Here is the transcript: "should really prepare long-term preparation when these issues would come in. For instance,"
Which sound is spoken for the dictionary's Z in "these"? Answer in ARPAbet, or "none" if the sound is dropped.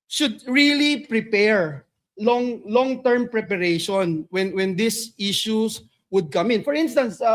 S